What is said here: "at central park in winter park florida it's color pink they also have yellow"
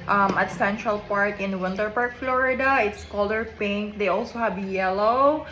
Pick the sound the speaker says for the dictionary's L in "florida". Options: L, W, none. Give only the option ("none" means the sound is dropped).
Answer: L